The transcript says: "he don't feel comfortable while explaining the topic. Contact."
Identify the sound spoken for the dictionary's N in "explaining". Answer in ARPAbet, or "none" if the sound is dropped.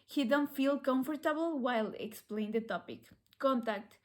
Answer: none